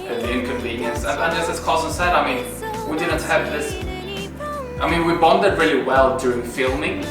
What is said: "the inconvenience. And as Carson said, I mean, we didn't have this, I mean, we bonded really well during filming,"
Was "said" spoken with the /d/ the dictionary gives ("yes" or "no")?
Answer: yes